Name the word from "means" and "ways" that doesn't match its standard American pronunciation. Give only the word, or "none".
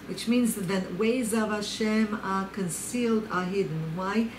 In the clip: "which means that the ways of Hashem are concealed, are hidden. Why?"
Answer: none